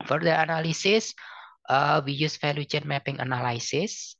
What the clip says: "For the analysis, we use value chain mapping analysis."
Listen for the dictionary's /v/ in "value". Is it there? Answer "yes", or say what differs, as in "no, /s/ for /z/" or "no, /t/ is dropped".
no, /f/ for /v/